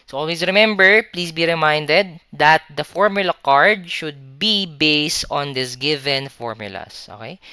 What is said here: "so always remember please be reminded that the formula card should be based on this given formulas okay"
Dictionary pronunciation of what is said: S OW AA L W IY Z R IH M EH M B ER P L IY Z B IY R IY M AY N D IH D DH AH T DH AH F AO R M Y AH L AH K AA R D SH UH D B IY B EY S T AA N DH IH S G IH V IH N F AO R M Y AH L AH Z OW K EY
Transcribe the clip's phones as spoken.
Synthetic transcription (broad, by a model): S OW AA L W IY S R IH M EH M B ER P L IY S B IY R IY M AY N D IH D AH T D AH F AO R M Y AH L AH K AA R D SH UH D B IY B EY S T AA N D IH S G IH V IH N F AO R M Y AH L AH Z OW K EY